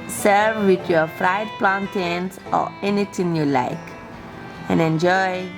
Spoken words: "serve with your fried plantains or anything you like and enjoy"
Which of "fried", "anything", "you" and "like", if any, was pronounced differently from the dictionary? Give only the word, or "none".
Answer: anything